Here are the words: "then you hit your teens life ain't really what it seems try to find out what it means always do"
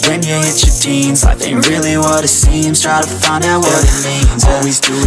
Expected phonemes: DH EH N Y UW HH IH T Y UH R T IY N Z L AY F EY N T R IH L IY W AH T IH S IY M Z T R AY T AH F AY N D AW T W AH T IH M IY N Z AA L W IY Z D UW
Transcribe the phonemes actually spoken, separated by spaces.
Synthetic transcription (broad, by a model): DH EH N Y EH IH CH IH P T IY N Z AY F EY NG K R IH L IY W AH T IH S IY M S T R AY T AH F AY N D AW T W AH T IH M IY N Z AA L W IY Z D